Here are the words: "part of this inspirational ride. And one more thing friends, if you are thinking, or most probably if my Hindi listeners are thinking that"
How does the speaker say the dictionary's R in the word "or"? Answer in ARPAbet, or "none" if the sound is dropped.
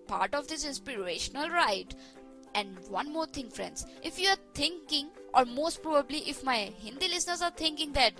R